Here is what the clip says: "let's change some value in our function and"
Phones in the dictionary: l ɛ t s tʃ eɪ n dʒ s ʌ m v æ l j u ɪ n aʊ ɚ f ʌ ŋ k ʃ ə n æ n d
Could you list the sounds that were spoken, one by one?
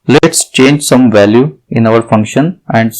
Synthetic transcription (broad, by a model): l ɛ t s tʃ eɪ n dʒ s ʌ m v æ l j u ɪ n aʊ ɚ f ʌ ŋ k ʃ ə n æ n d